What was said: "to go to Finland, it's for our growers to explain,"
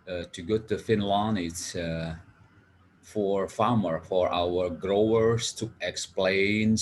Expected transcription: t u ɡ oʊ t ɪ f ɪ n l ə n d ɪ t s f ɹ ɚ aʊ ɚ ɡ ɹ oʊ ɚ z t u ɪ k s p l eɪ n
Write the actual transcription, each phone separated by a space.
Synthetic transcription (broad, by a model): t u ɡ oʊ t ɪ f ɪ n l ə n ɪ t s f ɹ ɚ aʊ ɚ ɡ ɹ oʊ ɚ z t u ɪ k s p l eɪ n